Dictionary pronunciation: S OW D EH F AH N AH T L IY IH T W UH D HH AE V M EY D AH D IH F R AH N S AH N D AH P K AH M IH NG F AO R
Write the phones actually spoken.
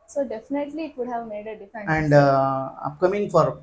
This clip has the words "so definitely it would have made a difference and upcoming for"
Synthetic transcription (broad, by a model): S OW D EH F AH N AH T L IY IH T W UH D HH AE V M EY D AH D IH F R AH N AH N D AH P K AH M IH NG F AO R